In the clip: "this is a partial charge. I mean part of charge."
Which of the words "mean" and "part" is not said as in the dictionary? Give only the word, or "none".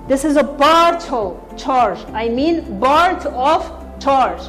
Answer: part